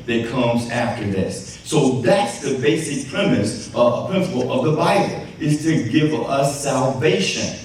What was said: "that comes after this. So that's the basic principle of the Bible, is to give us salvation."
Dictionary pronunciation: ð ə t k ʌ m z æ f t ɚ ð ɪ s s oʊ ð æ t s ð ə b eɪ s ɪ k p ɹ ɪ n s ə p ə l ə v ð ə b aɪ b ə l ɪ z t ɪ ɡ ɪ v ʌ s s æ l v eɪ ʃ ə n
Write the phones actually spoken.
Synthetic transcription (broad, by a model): ð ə t k ʌ m z æ f t ɚ ð ɪ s s oʊ ð æ t s ð ə b eɪ s ɪ k p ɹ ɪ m s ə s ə l ə v ð ə b aɪ b l ɪ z t ɪ ɡ ɪ v ʌ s s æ l v eɪ ʃ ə n